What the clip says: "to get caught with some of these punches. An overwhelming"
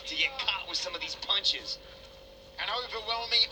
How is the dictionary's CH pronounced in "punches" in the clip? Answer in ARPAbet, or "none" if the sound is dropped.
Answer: CH